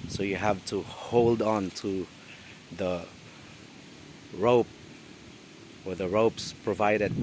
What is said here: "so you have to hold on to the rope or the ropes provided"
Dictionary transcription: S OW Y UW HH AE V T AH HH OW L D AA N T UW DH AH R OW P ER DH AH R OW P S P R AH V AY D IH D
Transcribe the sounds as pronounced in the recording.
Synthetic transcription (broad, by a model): S OW Y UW HH AE V T AH HH OW L D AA N T UW DH AH R OW P ER DH AH R OW P S P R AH V AY D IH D